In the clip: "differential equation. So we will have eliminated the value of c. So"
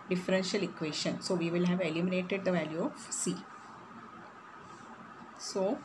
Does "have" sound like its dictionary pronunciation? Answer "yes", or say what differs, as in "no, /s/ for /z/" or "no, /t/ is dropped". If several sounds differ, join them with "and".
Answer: yes